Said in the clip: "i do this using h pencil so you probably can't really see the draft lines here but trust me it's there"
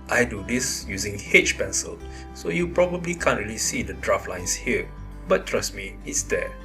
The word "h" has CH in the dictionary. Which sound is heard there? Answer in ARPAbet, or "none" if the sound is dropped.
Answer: CH